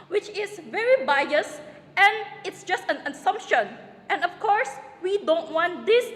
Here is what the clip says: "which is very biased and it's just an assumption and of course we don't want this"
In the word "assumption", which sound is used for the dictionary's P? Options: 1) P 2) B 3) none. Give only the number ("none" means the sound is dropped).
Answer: 1